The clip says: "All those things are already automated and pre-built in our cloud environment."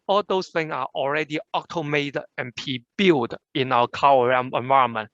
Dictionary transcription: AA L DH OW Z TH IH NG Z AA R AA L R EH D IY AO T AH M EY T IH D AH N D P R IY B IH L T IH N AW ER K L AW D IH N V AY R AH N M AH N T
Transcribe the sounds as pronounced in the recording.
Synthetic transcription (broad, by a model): AA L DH OW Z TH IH NG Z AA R AA L R EH D IY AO T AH M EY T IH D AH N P IY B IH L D IH N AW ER K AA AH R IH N V AY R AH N M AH N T